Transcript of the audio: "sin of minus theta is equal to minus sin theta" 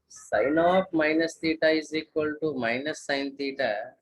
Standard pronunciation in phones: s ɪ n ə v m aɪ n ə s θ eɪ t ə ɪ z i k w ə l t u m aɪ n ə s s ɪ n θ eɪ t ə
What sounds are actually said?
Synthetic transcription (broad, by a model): s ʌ n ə p m aɪ n ə s t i t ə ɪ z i k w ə l t u m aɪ n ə s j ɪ n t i t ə